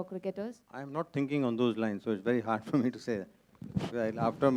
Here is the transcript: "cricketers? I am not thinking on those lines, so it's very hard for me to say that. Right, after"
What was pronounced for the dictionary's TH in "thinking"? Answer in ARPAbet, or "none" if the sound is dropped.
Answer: T